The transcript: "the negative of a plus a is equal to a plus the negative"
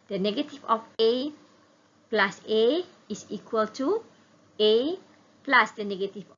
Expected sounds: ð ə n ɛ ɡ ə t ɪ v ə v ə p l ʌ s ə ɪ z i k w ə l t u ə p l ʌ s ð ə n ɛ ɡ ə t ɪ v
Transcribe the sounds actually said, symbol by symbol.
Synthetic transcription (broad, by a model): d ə n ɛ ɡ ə t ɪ f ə f ə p l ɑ s ə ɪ s i k w ə l t u ə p l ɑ s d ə n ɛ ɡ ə t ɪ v